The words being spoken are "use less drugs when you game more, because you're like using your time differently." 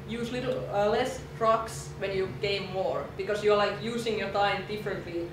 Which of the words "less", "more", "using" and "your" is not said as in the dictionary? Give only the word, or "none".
using